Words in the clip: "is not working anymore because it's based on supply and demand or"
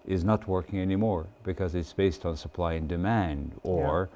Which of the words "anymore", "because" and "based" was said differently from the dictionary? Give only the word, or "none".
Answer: none